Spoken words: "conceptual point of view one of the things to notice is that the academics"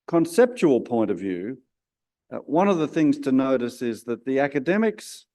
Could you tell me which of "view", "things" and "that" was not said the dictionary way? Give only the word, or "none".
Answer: none